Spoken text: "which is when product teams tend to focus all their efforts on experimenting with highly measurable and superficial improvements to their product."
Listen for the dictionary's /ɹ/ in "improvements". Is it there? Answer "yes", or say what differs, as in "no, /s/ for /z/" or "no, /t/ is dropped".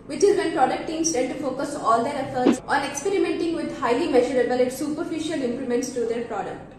no, /l/ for /ɹ/